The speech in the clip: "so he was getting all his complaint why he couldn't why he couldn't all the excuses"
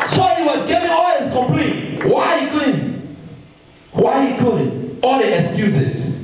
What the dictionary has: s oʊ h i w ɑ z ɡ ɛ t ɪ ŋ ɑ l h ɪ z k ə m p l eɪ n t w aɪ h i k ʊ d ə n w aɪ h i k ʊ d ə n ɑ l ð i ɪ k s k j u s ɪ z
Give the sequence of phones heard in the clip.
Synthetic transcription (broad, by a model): s oʊ h i w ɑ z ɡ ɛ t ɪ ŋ ɑ l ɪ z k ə m p l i t w aɪ h i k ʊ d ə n w aɪ h i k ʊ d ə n ɑ l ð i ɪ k s k j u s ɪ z